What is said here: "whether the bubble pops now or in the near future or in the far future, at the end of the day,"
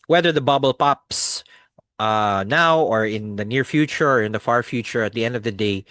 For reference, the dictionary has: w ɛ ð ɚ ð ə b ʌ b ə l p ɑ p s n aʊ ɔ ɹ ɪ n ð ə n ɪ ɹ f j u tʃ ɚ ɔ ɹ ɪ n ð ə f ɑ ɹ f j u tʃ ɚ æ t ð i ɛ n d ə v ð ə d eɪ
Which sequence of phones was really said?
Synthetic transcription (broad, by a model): w ɛ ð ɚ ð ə b ʌ b ə l p ɑ p s n aʊ ɔ ɹ ɪ n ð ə n ɪ ɹ f j u tʃ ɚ ɔ ɹ ɪ n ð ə f ɑ ɹ f j u tʃ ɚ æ t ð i ɛ n d ə v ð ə d eɪ